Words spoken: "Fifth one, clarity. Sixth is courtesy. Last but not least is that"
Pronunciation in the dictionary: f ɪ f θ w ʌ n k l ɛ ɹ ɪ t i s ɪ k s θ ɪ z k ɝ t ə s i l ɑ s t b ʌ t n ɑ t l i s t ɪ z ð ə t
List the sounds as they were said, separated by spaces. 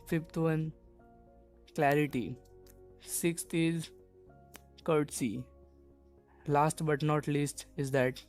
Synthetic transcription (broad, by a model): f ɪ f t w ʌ n k l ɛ ɹ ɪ t i s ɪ k s t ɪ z k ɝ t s i l ɑ s t b ʌ t n ɑ t l i s t ɪ z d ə t